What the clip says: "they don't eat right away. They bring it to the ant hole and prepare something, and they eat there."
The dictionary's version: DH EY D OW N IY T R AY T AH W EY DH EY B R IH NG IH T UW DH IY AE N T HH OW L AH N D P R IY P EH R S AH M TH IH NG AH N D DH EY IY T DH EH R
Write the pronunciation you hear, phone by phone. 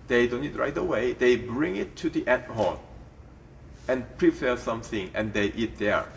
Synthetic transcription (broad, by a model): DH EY D OW N IY T R AY T AH W EY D EY B R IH NG IH T UW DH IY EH T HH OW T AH N P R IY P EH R S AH M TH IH NG AH N D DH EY IY T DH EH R